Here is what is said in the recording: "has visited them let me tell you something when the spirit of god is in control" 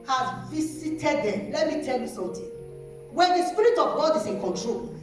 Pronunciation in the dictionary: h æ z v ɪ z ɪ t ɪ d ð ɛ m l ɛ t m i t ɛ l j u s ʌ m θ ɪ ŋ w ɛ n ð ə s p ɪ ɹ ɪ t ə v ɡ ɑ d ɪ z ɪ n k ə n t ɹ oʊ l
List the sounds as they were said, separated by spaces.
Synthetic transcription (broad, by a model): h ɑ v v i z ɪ t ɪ d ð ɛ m l ɛ t m i t ɛ l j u s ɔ m t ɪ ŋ w ɛ n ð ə s p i ɹ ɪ t ə v ɡ ɑ d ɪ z ɪ n k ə n t ɹ oʊ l